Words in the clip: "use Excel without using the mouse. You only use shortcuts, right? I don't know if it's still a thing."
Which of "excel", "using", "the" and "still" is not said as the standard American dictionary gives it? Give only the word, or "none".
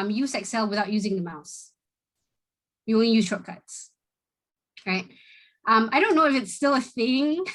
none